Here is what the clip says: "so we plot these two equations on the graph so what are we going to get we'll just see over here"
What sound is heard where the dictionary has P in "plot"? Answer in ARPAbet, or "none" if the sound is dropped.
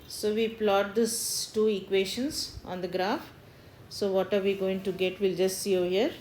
P